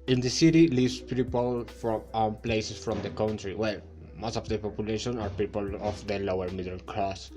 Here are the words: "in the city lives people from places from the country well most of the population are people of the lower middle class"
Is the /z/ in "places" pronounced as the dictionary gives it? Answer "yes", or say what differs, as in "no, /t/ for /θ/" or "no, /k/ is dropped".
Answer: no, /s/ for /z/